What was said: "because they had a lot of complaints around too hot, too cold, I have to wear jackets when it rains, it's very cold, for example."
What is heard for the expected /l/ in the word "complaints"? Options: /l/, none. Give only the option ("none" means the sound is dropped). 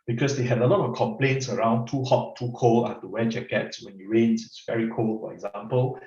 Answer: /l/